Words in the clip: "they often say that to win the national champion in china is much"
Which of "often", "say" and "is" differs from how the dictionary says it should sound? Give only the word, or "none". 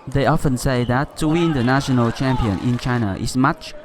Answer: is